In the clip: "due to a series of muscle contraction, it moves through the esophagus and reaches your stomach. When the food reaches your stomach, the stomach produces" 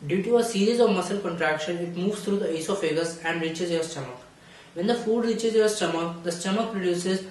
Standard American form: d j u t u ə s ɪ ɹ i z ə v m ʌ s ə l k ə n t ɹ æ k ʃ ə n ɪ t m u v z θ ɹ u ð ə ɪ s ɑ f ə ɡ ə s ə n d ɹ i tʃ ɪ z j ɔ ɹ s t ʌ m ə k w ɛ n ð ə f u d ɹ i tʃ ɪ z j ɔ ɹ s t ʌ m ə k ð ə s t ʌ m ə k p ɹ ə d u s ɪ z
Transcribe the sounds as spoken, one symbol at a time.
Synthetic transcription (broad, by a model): d j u t u ə s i ɹ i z ə v m ʌ s ə l k ə n t ɹ æ k ʃ ə n ɪ t m u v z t ɹ u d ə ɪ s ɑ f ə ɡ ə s ə n d ɹ i tʃ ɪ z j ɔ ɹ s t ʌ m ə k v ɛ n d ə f u d ɹ i tʃ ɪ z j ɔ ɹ s t ʌ m ə k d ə s t ʌ m ə k p ɹ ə d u s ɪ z